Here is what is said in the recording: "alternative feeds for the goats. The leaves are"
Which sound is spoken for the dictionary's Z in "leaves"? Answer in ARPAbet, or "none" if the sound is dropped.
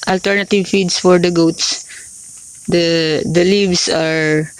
S